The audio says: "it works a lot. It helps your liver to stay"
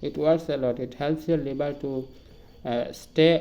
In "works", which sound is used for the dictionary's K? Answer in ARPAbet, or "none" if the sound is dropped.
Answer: none